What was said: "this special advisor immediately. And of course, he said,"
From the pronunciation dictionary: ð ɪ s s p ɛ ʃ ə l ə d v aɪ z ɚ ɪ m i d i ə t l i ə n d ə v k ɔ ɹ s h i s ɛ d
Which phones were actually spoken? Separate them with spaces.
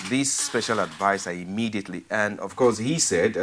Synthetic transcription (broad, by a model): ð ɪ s s p ɛ ʃ ə l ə d v aɪ s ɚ ɪ m i d i ə t l i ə n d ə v k ɔ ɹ s h i s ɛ d